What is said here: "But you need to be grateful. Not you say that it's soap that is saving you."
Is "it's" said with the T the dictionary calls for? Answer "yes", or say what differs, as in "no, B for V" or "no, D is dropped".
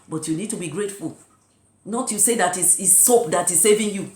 no, S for T